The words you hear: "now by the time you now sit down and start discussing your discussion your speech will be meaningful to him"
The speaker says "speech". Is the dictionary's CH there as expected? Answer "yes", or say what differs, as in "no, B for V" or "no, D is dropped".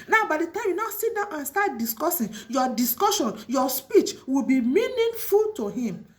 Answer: yes